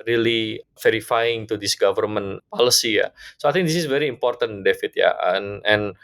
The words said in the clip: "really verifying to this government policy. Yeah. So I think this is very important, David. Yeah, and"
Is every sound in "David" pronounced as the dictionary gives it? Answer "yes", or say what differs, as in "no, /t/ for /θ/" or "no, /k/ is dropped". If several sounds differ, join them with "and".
no, /f/ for /v/